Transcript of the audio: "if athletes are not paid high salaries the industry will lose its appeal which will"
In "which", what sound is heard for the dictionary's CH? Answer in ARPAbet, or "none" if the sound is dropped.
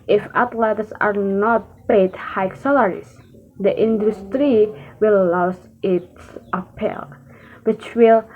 CH